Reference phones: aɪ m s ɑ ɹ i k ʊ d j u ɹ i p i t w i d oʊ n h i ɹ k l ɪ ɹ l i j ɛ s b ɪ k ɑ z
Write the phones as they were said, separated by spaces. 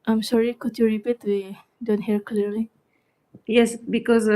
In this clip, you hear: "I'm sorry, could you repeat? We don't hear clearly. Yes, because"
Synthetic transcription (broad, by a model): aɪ m s ɑ ɹ i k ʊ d j u ɹ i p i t w i d oʊ n h i ɹ k l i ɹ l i j ɛ s b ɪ k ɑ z